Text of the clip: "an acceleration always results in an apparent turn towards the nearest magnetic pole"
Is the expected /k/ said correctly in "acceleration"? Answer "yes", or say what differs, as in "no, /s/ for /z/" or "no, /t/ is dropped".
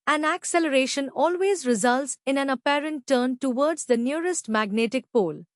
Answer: yes